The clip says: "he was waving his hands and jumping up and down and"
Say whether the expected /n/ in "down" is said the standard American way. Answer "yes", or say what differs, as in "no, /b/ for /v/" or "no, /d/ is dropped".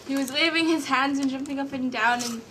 yes